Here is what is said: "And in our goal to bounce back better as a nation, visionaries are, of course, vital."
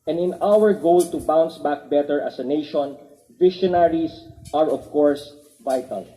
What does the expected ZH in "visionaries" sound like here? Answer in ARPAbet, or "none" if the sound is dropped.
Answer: SH